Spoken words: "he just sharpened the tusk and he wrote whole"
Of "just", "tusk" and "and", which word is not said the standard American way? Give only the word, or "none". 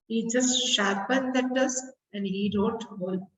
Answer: tusk